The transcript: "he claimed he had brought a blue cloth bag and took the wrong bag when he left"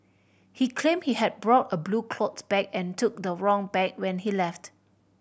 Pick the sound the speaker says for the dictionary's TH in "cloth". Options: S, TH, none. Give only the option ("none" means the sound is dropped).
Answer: S